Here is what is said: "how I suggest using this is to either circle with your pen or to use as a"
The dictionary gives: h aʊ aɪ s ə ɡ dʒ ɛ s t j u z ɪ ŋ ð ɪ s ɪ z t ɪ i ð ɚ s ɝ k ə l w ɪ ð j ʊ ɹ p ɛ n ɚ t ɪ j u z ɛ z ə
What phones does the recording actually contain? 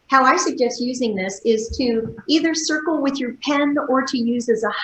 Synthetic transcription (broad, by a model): h aʊ aɪ s ə ɡ dʒ ɛ s t j u z ɪ ŋ ð ɪ s ɪ z t ɪ i ð ɚ s ɝ k l w ɪ ð j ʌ ɹ p ɛ n ɚ t ɪ j u z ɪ z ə